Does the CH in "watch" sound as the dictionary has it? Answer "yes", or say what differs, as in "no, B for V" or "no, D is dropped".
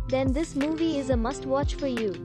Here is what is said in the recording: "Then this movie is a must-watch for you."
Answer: yes